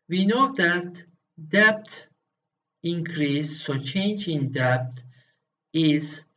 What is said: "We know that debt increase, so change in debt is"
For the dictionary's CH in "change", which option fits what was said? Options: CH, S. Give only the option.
CH